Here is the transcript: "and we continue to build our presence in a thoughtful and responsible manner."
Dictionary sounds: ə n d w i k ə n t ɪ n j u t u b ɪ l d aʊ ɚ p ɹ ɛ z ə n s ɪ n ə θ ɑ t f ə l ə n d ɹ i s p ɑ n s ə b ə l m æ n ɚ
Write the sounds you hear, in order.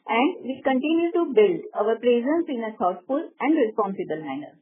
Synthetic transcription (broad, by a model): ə n d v i k ə n t ɪ n j u t u b ɪ l d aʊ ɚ p ɹ ɛ z ə n s ɪ n ə t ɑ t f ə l ə n d ɹ i s p ɑ n s ə b ə l m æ n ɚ